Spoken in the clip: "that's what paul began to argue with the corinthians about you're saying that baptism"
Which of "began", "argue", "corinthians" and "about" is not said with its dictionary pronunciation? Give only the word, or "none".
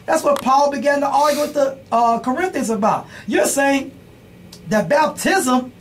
argue